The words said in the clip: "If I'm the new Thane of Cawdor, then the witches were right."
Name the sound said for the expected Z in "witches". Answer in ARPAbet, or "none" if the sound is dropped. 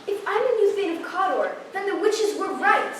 Z